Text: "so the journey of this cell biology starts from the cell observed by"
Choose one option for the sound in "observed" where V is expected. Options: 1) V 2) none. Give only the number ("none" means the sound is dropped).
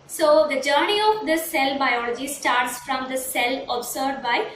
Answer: 2